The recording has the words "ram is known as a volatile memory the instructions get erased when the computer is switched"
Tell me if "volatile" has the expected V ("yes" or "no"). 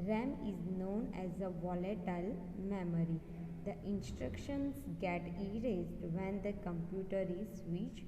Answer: yes